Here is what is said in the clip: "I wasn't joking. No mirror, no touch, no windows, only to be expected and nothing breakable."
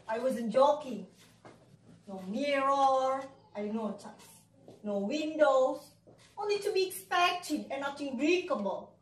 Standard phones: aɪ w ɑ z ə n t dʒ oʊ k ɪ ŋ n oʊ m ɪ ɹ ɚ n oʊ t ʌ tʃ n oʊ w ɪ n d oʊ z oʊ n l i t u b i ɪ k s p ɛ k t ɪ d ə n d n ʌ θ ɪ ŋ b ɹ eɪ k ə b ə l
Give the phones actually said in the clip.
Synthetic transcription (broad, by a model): aɪ w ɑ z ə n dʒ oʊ k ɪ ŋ n oʊ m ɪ ɹ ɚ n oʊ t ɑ s n oʊ w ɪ n d oʊ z oʊ n l i t u b i ɪ k s p ɛ k t ɪ d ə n n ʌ t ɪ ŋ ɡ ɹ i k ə b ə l